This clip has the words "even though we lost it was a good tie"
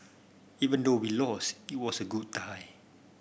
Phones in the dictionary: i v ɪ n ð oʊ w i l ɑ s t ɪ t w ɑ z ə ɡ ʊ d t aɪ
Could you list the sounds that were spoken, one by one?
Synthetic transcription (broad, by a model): i v ɪ n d oʊ w i l ɑ s ɪ t w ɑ s ə ɡ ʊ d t aɪ